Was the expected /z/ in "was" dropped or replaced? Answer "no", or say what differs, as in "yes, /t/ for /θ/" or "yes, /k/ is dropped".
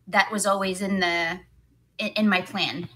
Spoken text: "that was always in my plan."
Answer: no